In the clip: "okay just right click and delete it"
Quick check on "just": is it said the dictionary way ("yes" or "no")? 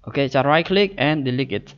no